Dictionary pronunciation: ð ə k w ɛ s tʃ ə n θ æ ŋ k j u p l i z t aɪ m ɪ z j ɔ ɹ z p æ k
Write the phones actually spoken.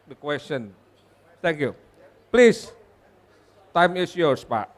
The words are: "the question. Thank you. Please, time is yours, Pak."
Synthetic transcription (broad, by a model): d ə k w ɛ s tʃ ə n t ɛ ŋ k j u p l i s t aɪ m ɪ s j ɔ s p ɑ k